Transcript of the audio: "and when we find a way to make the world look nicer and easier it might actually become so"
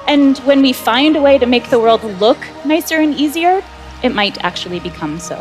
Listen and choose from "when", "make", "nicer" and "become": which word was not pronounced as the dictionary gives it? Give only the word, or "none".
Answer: none